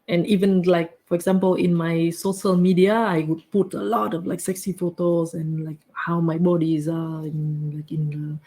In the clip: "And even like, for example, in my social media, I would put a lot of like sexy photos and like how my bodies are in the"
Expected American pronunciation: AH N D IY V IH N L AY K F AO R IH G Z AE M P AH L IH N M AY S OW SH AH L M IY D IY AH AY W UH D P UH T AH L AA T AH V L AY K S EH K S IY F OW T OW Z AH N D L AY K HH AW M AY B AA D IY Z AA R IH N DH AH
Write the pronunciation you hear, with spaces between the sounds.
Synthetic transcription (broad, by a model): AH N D IY V IH N L AY K F AO R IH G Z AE M P AH L IH N M AY S OW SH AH L M IY D IY AH AY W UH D P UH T AH L AA T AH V L AY K S EH K S IY F OW T OW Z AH N L AY K HH AW M AY B AA D IY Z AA L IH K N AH